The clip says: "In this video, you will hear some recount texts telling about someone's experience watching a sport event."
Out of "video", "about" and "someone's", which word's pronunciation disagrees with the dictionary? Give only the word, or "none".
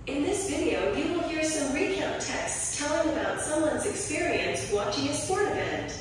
none